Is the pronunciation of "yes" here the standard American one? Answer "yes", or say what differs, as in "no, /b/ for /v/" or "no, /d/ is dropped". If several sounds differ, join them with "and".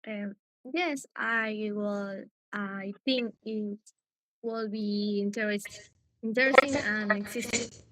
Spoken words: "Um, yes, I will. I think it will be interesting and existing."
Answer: yes